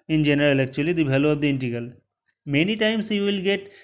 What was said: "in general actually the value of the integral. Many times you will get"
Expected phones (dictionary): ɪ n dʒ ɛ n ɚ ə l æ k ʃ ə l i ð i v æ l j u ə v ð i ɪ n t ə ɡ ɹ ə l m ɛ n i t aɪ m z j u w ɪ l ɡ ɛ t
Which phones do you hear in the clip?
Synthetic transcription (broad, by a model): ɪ n dʒ ɛ n ɚ ə l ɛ k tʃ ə l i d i b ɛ l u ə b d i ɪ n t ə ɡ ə l m ɛ n i t aɪ m s j u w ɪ l ɡ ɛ t